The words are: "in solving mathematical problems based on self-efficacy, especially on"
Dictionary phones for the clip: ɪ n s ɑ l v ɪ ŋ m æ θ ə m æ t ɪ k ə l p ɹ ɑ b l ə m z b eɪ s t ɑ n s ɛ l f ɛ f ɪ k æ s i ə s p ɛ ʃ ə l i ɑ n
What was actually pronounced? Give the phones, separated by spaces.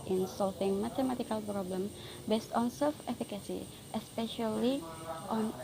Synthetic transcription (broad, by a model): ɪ n s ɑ l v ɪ ŋ m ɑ t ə m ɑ t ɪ k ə l p ɹ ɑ b l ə m b eɪ s t ɑ n s ɛ l f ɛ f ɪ k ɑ s i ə s p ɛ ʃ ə l i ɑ n